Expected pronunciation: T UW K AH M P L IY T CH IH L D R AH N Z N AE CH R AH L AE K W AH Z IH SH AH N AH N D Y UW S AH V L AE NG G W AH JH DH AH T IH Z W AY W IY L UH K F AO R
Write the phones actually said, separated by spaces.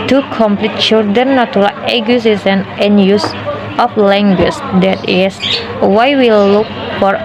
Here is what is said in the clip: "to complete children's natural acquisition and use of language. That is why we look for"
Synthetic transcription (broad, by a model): T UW K AH M P L IY T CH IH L D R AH N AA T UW R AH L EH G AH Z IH S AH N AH N Y UW S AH F L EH NG G W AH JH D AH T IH S W AY W IY L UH K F AO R